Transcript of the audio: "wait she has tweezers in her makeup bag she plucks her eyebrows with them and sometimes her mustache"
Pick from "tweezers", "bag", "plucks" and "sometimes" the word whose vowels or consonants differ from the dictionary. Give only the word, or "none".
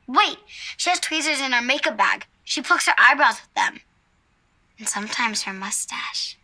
plucks